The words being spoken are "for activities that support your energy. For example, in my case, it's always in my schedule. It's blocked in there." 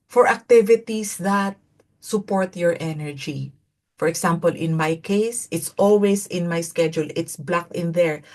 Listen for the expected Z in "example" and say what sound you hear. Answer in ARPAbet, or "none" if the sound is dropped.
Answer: S